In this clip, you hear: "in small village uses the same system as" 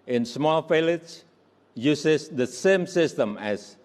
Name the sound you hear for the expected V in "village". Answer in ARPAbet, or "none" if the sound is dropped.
F